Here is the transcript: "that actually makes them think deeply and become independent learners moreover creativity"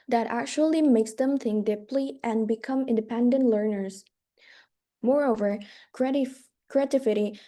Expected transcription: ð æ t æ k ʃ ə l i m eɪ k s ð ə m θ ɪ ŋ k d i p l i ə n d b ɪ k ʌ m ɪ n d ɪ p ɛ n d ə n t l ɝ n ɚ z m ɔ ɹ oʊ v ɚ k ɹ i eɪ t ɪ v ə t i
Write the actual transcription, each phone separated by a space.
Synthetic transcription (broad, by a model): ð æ t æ k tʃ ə l i m eɪ k s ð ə m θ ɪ ŋ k d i p l i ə n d b ɪ k ʌ m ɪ n d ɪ p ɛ n d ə n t l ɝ n ɚ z m ɔ ɹ oʊ v ɚ k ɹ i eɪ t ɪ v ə t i